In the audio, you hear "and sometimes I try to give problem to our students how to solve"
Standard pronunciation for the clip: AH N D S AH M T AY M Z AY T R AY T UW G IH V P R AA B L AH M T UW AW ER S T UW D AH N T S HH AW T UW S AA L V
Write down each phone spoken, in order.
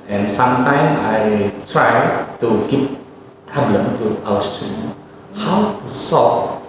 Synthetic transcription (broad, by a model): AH N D S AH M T AY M AY T R AY T UW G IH P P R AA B L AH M T UW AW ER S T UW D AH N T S HH AW T UW S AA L